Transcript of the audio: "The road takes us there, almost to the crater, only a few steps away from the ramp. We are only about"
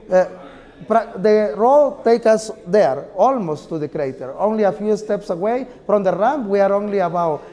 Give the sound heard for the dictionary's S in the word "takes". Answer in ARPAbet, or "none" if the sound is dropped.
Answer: none